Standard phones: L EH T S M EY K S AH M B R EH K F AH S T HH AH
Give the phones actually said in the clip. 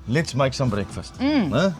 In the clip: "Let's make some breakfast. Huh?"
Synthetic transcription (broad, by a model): L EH T S M EY K S AH M B R EH K F AH S T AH